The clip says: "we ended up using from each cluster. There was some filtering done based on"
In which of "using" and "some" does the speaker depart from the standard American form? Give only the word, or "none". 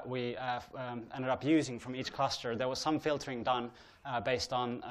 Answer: none